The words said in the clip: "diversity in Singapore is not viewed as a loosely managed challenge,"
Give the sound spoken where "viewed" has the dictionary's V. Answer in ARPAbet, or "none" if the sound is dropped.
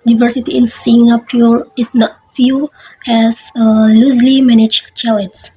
F